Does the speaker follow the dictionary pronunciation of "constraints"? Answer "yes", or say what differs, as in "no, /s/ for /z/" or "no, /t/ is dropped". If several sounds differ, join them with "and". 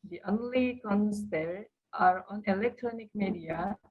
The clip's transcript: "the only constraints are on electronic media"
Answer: no, /ɹ/ is dropped